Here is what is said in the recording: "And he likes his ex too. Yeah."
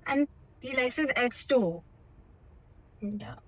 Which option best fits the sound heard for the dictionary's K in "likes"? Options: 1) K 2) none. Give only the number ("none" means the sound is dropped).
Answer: 2